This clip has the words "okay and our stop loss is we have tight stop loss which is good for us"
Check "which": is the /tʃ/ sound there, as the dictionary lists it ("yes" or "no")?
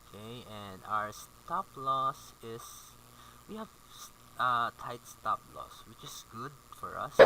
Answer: yes